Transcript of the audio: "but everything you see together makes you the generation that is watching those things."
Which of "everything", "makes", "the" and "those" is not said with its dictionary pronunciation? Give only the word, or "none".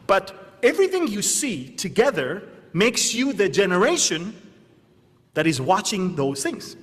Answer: none